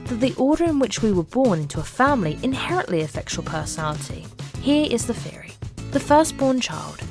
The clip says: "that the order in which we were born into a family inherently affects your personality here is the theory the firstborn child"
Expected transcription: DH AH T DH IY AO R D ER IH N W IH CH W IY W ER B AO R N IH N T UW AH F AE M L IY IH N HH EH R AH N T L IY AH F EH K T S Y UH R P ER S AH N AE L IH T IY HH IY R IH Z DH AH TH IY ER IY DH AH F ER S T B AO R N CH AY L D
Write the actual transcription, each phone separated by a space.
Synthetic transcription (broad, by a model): DH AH T DH IY AO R D ER IH N W IH CH W IY W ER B AO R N IH N T UW AH F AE M L IY IH N HH EH R AH N T L IY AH F EH K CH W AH L P ER S AH N AE L IH T IY HH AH R IH Z DH AH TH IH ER IY DH AH F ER S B AO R N CH AY L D